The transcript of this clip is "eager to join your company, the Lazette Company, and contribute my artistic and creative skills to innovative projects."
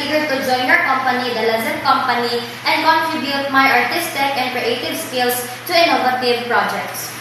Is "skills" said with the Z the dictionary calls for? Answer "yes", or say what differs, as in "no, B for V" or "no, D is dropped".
no, S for Z